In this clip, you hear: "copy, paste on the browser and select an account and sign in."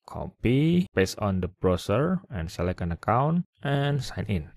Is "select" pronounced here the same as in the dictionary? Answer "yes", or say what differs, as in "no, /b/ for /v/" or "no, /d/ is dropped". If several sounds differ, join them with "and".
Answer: no, /t/ is dropped